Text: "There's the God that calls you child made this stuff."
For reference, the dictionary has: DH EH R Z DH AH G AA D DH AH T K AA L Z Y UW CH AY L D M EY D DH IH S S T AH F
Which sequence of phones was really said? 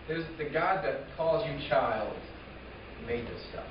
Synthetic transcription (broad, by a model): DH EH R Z DH AH G AA D DH AH T K AA L Z Y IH CH AY L D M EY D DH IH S S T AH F